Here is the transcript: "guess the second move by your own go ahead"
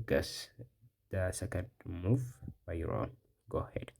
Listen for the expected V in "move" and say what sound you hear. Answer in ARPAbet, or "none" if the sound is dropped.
F